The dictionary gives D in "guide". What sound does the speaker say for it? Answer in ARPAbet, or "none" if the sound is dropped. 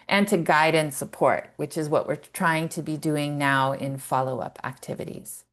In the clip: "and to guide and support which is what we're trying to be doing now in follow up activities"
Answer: D